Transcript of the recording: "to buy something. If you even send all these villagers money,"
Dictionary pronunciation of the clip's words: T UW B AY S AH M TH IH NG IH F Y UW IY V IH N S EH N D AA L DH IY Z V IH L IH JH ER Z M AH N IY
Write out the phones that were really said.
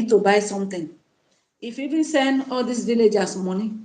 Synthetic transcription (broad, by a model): T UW B AY S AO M T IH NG IH F IY V IH N S EH N D AA L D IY S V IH L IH JH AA S M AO N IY